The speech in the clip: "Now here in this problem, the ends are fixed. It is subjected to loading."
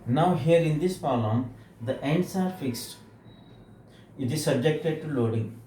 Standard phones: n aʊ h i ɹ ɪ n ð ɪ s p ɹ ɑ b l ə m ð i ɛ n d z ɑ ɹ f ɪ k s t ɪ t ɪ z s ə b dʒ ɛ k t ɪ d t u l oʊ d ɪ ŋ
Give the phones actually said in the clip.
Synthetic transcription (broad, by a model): n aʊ h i ɹ ɪ n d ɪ s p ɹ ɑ l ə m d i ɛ n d s ɑ ɹ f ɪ k s t ɪ t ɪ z s ə b dʒ ɛ k t ɪ d t u l oʊ d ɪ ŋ